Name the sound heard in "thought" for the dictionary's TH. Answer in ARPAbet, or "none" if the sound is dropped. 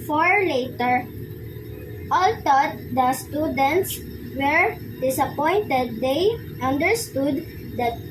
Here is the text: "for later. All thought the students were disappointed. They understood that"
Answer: T